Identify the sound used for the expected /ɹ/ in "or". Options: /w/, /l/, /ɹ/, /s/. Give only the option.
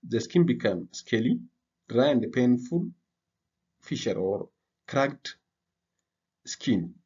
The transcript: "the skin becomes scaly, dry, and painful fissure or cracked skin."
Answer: /ɹ/